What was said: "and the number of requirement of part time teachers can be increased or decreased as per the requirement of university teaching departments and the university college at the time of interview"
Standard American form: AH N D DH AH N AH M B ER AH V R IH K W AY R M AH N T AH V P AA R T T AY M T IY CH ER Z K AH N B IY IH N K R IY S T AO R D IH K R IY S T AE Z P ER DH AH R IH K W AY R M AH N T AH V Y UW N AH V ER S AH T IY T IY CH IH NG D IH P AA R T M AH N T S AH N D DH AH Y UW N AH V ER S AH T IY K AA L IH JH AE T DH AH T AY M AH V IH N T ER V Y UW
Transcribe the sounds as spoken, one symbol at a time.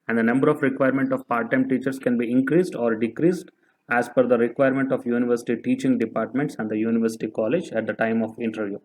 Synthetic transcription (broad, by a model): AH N D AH N AH M B ER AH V R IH K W AY R M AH N T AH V P AA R T T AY M T IY CH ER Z K AH N B IY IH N K R IY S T AO R D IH K R IY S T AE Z F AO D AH R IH K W AY R M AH N T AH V Y UW N AH V ER S AH T IY T IY CH IH NG D IH P AA R T M AH N T S AH N D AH Y UW N AH V ER S AH T IY K AA L IH JH AE T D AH T AY M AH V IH N T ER V Y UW